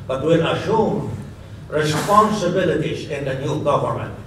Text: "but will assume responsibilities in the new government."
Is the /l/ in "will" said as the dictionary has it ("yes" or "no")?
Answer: no